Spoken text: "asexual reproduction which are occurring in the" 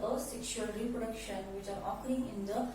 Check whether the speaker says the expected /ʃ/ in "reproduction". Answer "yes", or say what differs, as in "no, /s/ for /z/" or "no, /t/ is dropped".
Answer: yes